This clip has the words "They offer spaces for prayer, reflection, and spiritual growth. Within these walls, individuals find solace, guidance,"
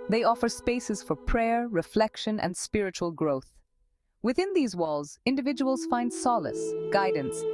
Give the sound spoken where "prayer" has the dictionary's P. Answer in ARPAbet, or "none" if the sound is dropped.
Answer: P